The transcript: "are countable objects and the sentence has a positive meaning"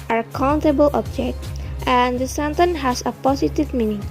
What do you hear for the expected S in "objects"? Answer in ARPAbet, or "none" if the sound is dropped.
none